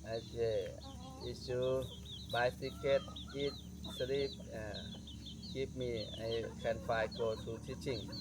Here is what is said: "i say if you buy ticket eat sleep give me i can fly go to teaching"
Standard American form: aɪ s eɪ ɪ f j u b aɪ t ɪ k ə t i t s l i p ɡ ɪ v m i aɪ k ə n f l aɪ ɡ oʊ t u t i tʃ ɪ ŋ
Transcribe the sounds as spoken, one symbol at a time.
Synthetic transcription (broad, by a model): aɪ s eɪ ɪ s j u b aɪ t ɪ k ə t i t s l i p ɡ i p m i aɪ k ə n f aɪ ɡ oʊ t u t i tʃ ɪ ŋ